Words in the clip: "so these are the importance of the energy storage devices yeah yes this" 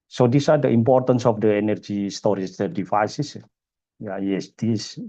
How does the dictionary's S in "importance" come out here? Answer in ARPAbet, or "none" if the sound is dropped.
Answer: S